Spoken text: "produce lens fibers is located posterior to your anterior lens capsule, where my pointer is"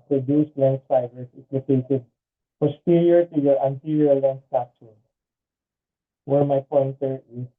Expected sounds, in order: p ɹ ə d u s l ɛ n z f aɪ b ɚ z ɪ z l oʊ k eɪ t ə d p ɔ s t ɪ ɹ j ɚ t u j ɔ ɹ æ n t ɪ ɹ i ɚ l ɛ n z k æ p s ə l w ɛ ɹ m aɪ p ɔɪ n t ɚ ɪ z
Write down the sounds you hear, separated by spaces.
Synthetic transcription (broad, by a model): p ɹ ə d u s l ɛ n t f aɪ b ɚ s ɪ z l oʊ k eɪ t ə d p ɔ s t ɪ ɹ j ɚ t u j ɔ ɹ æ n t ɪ ɹ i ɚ l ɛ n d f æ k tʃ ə n w ɛ ɹ m aɪ p ɔɪ n t ɚ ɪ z